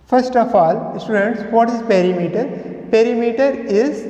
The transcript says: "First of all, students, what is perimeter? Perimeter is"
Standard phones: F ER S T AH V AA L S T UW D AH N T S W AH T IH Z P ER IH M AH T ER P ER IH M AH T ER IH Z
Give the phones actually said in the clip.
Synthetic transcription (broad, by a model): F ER S T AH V AA L S T UW D AH N T S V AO T IH Z P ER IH M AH T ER P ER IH M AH T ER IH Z